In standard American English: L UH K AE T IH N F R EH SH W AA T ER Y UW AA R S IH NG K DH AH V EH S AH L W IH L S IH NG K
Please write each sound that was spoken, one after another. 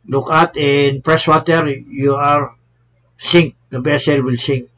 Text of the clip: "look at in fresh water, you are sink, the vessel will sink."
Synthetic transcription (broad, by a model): L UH K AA T IH N P R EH S W AA T ER Y UW AA R S IH NG K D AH B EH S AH L W IH L S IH NG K